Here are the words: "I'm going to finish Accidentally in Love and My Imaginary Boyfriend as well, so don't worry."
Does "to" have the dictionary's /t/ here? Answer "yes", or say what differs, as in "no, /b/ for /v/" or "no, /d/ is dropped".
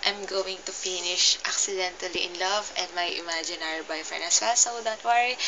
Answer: yes